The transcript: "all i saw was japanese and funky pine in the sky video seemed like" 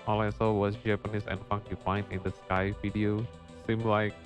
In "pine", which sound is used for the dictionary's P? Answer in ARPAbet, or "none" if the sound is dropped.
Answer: F